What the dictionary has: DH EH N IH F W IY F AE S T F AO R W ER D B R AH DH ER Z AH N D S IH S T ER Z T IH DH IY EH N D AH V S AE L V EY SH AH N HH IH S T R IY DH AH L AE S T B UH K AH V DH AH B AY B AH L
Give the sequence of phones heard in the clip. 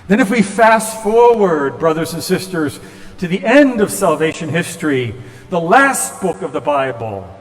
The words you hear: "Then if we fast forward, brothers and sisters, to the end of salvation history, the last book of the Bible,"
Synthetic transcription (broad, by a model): DH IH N IH F W IY F AE S F AO R W ER D B R AH DH ER Z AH N S IH S T ER Z T IH DH IY EH N D AH V S AE L V EY SH AH N HH IH S T R IY DH AH L AE S T B UH K AH V DH AH B AY B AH L